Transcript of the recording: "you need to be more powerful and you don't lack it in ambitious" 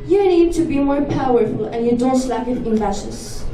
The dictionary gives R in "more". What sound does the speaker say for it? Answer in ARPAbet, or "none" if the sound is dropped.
R